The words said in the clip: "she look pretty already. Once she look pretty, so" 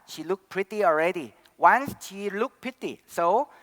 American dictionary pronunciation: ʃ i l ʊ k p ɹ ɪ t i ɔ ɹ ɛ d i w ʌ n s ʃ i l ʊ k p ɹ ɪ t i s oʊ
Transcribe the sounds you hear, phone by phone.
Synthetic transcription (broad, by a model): ʃ i l ʊ k p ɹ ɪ t i ɔ ɹ ɛ d i w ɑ n s ʃ i l ʊ k p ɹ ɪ t i s oʊ